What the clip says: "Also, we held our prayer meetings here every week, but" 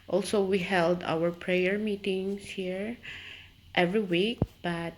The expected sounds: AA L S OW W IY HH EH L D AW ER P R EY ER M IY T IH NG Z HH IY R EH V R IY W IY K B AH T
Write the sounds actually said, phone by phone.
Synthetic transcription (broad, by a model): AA L S OW W IY HH EH L D AW ER P R EY ER M IY T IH NG S HH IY R EH V R IY W IY K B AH T